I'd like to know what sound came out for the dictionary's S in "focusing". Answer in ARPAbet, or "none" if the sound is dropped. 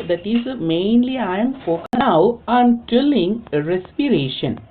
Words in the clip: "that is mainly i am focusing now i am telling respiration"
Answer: none